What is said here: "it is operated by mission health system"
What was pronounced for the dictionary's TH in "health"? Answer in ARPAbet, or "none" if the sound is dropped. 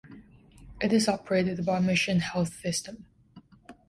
TH